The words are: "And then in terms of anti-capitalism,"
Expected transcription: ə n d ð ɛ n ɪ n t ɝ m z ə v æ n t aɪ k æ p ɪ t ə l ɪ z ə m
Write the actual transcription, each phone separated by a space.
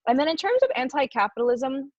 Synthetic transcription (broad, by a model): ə n ð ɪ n ɪ n t ɝ m z ə v æ n t aɪ k æ p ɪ t l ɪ z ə m